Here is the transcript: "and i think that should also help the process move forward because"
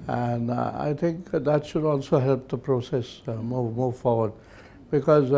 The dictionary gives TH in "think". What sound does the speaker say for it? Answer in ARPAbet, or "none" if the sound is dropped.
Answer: TH